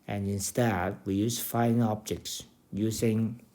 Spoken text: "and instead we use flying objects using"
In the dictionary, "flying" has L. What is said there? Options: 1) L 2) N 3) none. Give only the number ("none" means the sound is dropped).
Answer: 3